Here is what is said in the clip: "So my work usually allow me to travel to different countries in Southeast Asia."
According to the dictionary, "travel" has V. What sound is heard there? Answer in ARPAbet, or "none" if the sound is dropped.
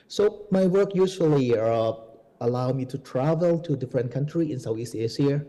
V